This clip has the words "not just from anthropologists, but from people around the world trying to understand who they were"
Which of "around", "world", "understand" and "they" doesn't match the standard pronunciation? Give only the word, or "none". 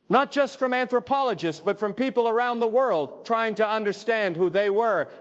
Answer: none